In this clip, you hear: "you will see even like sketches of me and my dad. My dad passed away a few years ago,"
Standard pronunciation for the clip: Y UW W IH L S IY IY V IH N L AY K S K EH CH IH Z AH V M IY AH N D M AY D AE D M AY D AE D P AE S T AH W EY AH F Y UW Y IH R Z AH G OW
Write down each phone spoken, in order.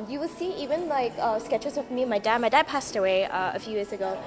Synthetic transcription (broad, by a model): Y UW W IH L S IY IY V IH N L AY K S K EH CH IH Z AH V M IY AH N M AY D AE D M AY D AE D P AE S T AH W EY AH F Y UW Y IH R Z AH G OW